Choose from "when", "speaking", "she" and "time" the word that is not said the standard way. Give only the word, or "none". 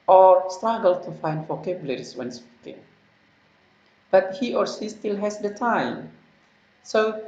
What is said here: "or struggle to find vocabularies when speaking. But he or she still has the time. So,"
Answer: she